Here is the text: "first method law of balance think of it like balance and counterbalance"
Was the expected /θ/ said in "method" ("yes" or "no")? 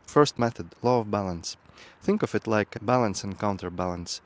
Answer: yes